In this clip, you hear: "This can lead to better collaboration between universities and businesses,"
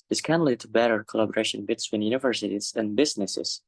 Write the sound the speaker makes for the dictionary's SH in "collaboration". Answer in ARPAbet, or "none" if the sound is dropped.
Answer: SH